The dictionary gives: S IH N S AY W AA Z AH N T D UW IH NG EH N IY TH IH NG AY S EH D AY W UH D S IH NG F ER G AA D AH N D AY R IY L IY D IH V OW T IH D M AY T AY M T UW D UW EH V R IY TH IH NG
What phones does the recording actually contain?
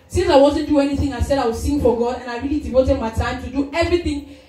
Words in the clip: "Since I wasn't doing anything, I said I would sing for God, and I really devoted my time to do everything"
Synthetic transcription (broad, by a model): S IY N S AY W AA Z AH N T D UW EH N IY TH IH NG AY S EH D AY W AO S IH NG F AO G AA D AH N AY R IY L IY D IH V OW T IH D M AY T AY M T UW D UW EH V R IY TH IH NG